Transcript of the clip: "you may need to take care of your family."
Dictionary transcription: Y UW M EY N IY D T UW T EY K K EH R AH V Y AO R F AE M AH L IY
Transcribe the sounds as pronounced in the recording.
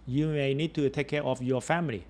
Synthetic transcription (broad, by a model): Y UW M EY N IY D T UW T EY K K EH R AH F Y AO F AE M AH L IY